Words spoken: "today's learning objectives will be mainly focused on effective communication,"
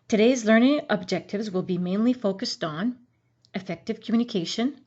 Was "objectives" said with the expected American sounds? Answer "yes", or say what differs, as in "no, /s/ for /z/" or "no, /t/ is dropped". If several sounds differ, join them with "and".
yes